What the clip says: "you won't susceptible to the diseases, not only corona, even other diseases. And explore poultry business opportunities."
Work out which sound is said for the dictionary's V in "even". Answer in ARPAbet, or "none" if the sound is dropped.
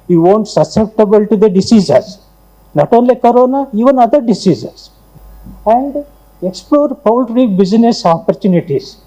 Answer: V